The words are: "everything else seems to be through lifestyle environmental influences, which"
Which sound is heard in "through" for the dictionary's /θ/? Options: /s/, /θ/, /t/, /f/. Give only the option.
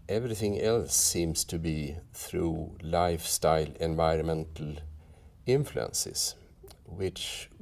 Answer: /θ/